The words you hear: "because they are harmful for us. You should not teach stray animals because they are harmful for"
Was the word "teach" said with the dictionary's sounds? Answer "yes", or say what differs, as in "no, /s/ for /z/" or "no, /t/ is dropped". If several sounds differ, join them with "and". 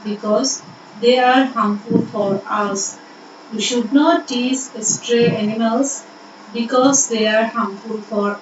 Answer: no, /s/ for /tʃ/